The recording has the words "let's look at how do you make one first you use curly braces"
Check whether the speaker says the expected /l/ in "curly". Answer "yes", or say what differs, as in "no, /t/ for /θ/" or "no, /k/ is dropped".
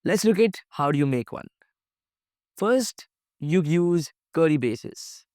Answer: no, /l/ is dropped